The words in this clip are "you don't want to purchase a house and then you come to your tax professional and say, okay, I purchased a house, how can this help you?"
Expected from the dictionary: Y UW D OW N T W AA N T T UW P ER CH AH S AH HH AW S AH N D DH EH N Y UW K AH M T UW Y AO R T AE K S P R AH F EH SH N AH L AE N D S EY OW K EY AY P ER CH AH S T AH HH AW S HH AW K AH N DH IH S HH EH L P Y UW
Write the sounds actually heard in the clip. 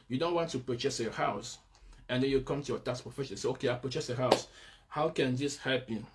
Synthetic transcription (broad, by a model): Y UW D OW N T W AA N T T UW P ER CH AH S AH HH AW S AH N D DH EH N Y UW K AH M T UW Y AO T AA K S P R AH F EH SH AH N S EY OW K EY AY P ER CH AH S AH HH AW S HH AW K AH N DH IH S HH EH L P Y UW